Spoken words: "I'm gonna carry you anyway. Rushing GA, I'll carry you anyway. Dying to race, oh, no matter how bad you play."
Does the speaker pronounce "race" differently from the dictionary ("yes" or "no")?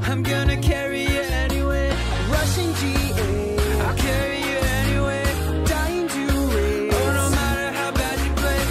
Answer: yes